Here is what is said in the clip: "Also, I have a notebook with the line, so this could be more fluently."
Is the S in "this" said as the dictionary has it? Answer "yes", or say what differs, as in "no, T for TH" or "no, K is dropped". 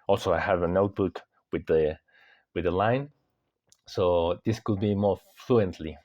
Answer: yes